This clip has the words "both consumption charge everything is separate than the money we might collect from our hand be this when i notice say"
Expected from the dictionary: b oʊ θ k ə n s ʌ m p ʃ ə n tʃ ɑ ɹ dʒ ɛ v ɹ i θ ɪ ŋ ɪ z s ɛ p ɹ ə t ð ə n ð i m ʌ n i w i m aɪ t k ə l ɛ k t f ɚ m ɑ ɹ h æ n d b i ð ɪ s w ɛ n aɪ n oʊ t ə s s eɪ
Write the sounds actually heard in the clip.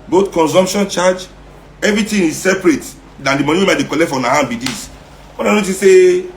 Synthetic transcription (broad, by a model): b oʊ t k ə n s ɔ m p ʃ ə n tʃ ɑ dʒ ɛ v ɹ i t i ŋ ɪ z s ɛ p ɹ ə t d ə n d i m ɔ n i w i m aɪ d k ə l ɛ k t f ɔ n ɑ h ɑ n b i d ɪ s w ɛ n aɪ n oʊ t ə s s eɪ